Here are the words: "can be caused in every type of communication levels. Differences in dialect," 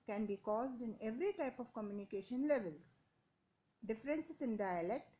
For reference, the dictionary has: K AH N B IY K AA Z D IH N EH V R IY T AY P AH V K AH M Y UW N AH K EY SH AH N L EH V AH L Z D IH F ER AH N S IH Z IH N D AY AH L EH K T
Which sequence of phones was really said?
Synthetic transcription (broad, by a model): K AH N B IY K AA Z D IH N EH V R IY T AY P AH V K AH M Y UW N AH K EY SH AH N L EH V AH L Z D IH F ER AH N S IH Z IH N D AY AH L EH K T